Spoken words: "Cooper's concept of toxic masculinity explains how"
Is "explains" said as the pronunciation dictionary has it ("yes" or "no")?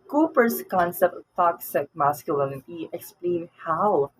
no